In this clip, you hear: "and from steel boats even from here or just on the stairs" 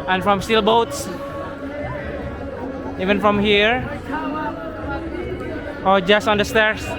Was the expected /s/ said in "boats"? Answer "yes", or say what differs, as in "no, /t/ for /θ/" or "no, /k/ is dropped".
yes